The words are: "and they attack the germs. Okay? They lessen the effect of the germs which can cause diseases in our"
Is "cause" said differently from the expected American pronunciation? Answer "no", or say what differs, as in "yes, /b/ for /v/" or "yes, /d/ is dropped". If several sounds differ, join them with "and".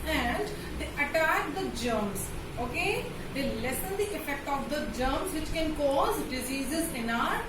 no